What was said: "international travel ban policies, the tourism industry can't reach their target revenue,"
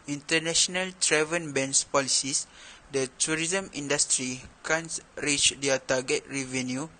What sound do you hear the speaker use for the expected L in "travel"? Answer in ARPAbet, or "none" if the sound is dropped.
N